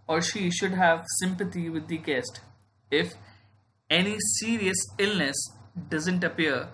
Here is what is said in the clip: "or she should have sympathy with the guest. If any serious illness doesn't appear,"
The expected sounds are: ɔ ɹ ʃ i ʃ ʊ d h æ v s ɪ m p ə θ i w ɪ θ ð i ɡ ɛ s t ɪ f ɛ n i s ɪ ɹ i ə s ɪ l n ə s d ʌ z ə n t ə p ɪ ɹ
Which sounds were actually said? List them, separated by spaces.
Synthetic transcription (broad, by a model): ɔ ɹ ʃ i ʃ ʊ d h æ v s ɪ m p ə t i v ɪ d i ɡ ɛ s t ɪ f ɛ n i s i ɹ i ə s ɪ l n ə s d ʌ z ə n t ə p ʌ ɹ